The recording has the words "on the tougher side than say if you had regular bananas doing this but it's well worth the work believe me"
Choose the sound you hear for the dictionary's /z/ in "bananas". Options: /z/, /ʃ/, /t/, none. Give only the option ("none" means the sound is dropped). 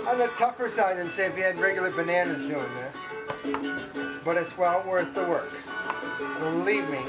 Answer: /z/